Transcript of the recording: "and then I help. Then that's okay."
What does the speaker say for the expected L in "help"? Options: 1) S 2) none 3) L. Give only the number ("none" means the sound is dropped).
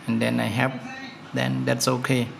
2